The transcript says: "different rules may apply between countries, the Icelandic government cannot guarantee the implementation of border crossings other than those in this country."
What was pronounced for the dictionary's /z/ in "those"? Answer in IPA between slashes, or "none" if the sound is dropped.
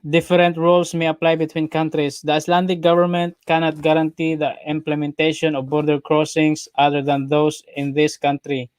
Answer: /s/